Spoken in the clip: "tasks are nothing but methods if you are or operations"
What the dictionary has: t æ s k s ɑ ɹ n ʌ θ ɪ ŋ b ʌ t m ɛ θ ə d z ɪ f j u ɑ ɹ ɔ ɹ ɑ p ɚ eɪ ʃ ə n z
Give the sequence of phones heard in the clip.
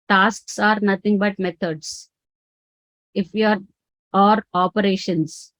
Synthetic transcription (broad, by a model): t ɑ s k s ɑ ɹ n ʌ t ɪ ŋ b ʌ t m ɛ t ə d s ɪ f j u ɑ ɹ ɔ ɹ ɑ p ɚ eɪ ʃ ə n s